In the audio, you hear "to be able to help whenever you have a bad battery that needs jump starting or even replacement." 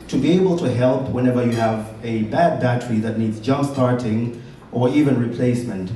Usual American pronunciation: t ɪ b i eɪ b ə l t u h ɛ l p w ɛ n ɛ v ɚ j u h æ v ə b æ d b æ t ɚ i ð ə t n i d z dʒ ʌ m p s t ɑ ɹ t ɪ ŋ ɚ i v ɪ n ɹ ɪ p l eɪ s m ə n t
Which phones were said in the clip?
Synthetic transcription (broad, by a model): t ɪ b i eɪ b ə l t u h ɛ l p w ɛ n ɛ v ɚ j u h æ v ə b æ d b æ t ɚ i ð ə t n i d z dʒ ʌ m p s t ɑ ɹ t ɪ ŋ ɚ i v ɪ n ɹ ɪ p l eɪ s m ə n t